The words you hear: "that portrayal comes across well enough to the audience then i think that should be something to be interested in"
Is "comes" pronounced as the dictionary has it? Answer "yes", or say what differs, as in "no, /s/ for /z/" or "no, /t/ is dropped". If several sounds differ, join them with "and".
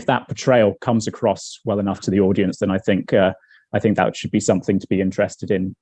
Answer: yes